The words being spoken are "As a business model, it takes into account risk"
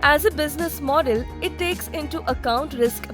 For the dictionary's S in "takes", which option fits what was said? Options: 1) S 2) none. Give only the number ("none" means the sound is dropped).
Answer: 1